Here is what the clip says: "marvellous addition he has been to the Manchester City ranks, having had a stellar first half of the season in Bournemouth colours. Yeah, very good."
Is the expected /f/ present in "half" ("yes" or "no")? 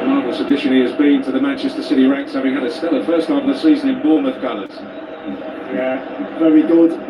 no